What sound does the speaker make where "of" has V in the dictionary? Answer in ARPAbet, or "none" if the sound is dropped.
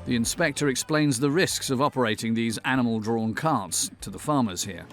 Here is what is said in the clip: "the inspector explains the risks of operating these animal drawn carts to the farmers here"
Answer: V